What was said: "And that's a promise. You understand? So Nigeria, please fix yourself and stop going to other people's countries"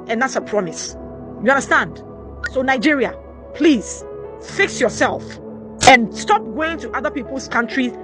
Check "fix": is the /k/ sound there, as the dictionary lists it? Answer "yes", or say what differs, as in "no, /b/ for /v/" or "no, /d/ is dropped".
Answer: yes